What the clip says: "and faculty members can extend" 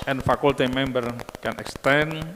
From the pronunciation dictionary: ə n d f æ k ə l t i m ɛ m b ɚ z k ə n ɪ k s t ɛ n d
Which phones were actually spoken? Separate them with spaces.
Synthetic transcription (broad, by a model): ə n f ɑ k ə l t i m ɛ m b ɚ k ə n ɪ k s t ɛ n